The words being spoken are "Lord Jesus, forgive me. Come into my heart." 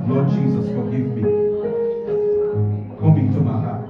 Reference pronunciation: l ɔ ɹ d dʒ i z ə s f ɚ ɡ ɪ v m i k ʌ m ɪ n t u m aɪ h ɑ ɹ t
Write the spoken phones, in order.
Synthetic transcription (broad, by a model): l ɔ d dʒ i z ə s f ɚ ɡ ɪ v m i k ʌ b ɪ t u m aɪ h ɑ